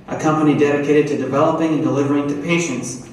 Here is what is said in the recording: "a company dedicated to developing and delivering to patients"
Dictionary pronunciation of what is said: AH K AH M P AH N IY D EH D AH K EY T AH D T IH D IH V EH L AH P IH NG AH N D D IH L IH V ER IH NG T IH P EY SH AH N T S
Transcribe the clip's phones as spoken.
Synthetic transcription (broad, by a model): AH K AH M P AH N IY D EH D AH K EY T AH D T IH D IH V EH L AH P IH NG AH N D D IH L IH V ER IH NG T IH P EY SH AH N T S